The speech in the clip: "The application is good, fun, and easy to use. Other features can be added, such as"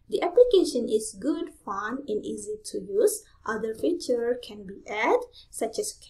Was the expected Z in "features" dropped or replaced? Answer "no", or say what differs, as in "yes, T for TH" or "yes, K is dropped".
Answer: yes, Z is dropped